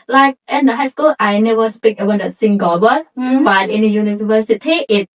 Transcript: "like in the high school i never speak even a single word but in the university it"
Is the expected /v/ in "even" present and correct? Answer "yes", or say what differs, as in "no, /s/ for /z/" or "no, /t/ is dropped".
no, /w/ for /v/